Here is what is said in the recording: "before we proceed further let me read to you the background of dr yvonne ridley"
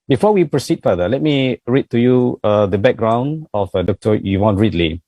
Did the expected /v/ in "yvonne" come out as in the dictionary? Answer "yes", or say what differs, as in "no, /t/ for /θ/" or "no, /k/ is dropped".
no, /w/ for /v/